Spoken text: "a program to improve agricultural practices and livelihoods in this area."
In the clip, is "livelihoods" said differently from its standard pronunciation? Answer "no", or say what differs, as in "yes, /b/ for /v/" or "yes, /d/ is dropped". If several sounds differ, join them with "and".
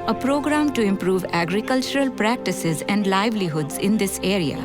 no